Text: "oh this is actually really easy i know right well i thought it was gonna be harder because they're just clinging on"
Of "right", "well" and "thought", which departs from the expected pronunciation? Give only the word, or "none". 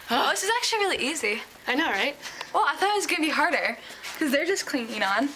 none